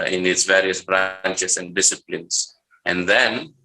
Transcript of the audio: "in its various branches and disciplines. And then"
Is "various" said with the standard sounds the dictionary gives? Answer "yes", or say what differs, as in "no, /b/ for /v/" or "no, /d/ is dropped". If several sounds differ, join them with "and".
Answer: yes